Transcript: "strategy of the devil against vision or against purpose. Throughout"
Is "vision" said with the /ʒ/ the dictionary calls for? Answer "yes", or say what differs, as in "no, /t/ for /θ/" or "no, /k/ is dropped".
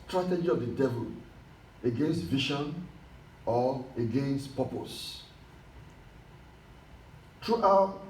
no, /ʃ/ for /ʒ/